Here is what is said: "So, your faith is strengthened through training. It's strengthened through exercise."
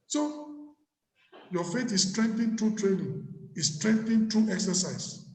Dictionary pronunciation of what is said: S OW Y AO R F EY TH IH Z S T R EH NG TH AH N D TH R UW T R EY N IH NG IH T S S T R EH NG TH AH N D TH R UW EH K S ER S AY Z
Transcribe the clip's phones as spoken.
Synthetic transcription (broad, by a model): S OW Y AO F EY T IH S S T R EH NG T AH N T R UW T R EY N IH NG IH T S S T R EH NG T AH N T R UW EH K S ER S AY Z